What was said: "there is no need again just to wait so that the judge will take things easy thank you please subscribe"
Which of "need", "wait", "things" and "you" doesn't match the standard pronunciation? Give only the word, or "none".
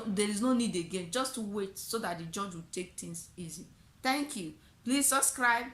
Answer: things